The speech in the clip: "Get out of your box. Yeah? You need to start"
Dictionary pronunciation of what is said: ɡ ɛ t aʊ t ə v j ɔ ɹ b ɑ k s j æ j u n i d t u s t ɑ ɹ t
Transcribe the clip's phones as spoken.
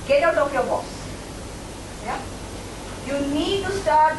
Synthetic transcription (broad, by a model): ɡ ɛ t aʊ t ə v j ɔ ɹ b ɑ s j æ j u n i d t u s t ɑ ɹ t